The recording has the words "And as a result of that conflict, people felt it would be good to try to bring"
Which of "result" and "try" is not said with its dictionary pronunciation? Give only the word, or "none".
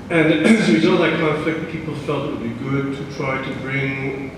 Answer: result